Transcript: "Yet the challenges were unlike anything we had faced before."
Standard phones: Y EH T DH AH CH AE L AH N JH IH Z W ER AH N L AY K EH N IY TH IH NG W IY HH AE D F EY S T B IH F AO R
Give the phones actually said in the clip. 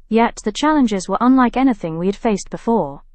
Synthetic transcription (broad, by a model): Y EH T DH AH CH AE L AH N JH IH Z W ER AH N L AY K EH N IY TH IH NG W IY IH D F EY S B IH F AO R